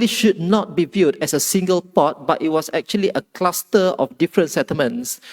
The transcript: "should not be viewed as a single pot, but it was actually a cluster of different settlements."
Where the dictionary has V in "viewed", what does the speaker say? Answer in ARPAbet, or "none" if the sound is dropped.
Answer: V